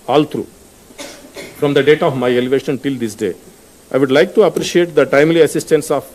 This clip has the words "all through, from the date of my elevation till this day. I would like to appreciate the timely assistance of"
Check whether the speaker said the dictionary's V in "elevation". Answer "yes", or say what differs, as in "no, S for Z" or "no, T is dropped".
yes